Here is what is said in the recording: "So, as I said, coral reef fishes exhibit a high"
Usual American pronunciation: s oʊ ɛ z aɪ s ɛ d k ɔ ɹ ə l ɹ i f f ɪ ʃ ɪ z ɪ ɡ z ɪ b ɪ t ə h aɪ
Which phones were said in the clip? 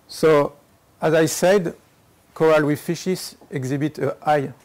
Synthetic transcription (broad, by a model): s oʊ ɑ z aɪ s ɛ d k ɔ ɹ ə l w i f f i ʃ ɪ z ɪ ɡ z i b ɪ t ə aɪ